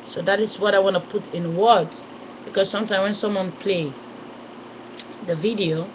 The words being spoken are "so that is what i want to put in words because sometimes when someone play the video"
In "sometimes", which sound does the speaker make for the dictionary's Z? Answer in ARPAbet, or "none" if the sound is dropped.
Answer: none